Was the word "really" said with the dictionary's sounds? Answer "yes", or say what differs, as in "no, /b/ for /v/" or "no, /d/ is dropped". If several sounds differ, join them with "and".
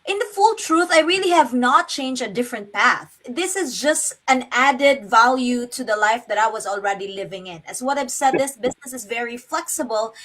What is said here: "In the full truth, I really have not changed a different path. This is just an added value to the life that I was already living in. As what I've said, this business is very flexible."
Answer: yes